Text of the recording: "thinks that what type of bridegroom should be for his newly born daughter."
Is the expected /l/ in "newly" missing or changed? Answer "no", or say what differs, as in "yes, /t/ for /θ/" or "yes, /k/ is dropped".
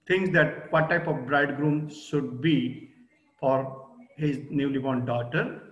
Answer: no